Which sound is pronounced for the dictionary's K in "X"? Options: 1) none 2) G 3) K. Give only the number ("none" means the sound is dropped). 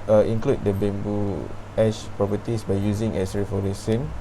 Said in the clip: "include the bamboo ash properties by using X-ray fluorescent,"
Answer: 1